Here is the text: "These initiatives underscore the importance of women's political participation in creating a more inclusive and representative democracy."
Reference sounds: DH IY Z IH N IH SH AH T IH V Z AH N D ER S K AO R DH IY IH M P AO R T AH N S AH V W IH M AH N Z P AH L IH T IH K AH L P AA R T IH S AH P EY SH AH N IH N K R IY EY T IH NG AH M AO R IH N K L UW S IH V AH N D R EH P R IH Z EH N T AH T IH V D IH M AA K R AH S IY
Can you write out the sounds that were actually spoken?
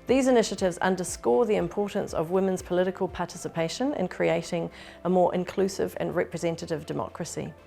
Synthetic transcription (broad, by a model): DH IY Z IH N IH SH AH T IH V Z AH N D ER S K AO DH IY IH M P AO T N S AH V W IH M AH N Z P AH L IH T IH K AH L P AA T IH S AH P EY SH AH N IH N K R IY EY T IH NG AH M AO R IH N K L UW S IH V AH N R EH P R IH Z EH N T AH T IH V D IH M AA K R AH S IY